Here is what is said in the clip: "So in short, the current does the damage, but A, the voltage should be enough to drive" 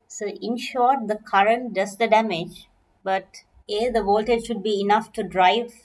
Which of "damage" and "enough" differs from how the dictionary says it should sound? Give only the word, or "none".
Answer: none